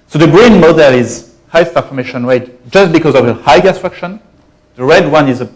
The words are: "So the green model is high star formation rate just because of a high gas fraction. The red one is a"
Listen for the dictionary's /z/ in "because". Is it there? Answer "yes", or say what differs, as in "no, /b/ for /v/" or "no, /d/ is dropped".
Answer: yes